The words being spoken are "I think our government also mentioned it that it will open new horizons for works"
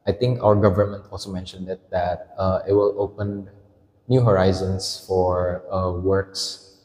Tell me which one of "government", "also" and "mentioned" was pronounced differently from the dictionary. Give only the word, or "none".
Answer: none